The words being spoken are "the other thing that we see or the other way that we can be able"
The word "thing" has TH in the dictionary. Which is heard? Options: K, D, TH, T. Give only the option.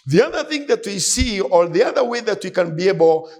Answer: TH